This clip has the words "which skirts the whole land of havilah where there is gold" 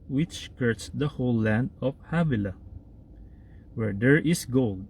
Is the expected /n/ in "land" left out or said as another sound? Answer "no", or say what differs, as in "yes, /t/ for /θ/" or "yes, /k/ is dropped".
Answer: no